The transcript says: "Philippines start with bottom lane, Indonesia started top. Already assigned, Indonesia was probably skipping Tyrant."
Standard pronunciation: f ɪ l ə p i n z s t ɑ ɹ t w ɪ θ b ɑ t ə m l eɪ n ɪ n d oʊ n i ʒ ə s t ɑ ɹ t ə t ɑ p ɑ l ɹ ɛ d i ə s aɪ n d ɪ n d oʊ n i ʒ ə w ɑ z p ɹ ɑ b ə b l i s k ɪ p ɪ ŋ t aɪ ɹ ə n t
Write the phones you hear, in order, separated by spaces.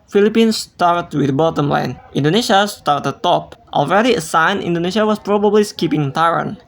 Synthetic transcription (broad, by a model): f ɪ l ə p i n s t ɑ ɹ t w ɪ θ b ɑ t ə m l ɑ n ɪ n d oʊ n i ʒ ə s t ɑ ɹ t ə t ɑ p ɑ l ɹ ɛ d i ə s aɪ n ɪ n d oʊ n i ʃ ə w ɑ s p ɹ ɑ b ə b l i s k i p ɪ ŋ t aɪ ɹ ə n